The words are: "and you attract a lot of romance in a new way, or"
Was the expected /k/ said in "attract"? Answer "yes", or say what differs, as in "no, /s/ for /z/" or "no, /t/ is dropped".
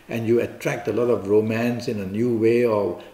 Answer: yes